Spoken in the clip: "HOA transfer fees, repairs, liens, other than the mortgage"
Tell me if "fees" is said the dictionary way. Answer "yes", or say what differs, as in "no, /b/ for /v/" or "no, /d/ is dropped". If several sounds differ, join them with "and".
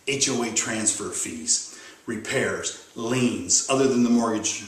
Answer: yes